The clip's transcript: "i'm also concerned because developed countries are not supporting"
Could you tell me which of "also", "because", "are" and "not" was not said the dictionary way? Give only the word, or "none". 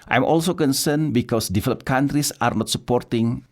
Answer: because